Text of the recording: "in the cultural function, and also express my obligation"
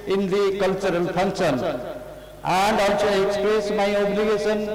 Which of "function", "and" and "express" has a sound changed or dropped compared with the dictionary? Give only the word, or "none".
function